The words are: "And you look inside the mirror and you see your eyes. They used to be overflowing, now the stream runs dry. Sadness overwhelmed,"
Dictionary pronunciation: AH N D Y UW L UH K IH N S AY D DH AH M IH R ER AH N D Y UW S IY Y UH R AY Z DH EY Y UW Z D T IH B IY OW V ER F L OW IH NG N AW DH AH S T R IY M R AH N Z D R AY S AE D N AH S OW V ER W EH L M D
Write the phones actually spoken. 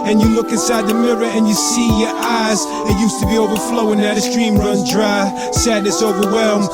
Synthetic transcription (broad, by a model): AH N Y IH L UH K IH N S AY D DH AH M IH R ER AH N Y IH S IY Y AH R AY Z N Y UW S T IH B IY OW V ER F L OW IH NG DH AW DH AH S T R IY M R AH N D R AY S AE D N AH S OW V ER W EH L M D